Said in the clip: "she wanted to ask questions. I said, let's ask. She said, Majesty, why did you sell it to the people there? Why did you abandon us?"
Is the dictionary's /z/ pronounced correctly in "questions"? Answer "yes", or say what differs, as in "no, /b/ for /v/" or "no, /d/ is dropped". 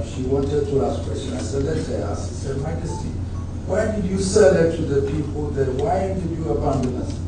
no, /z/ is dropped